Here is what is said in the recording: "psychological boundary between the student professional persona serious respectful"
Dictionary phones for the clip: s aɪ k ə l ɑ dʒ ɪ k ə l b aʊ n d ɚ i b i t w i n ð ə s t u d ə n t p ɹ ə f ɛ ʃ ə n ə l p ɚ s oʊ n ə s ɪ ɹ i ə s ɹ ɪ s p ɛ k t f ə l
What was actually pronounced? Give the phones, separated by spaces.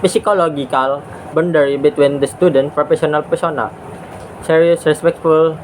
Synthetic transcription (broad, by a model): s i k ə l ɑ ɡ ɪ k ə l b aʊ n d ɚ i b i t w i n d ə s t u d ə n t p ɹ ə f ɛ s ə n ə l p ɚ s oʊ n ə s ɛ ɹ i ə s ɹ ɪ s p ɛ k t f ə l